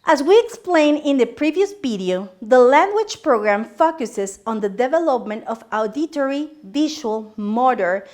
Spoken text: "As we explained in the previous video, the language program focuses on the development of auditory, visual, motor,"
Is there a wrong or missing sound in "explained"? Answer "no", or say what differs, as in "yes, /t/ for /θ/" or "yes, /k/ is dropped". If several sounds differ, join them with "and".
yes, /d/ is dropped